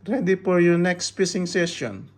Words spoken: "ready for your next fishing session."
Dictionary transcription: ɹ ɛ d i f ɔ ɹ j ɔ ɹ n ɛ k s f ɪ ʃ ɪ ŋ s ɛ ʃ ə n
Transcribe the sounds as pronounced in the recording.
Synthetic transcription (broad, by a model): ɹ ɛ d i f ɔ ɹ j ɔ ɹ n ɛ k s p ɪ s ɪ ŋ s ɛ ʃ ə n